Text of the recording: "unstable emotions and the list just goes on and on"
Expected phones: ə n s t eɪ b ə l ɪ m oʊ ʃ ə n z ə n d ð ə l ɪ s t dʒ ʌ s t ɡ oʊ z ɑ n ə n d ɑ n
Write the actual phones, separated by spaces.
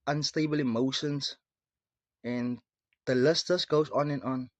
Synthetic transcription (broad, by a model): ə n s t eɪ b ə l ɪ m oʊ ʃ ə n s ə n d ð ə l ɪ s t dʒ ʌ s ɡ oʊ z ɑ n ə n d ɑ n